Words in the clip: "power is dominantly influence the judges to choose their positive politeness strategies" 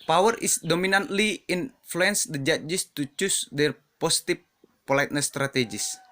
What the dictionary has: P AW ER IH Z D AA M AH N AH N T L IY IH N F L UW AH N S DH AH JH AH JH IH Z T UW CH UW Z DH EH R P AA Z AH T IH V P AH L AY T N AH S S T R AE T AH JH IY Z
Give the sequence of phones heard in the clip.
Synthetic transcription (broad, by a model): P AW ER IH S D AA M AH N AH N T L IY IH N F L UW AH N S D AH JH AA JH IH S T UW CH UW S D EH R P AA S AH T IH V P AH L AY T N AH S S T R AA T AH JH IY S